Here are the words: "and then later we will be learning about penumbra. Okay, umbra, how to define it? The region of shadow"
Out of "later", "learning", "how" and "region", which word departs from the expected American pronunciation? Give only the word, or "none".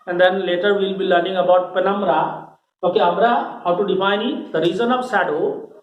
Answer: region